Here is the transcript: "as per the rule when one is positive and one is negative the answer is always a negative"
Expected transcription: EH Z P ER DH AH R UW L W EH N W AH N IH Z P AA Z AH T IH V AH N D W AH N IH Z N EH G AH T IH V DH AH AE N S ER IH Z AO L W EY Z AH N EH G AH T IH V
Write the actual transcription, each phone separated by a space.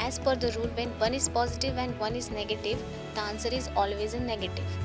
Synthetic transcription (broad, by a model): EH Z F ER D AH R UW L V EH N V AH N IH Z P AA Z AH T IH V AH N D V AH N IH Z N EH G AH T IH V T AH N S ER IH Z AO L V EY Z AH N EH G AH T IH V